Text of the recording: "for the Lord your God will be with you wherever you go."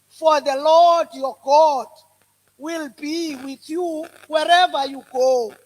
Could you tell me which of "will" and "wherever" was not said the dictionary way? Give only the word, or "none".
none